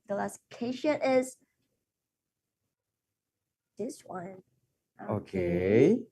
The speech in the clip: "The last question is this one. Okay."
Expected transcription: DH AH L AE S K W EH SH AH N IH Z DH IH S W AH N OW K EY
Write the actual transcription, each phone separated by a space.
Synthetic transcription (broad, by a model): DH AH L AE S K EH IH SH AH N IH Z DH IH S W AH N OW K EY